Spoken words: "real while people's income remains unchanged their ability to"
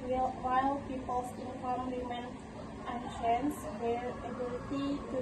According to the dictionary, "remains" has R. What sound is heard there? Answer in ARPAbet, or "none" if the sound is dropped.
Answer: W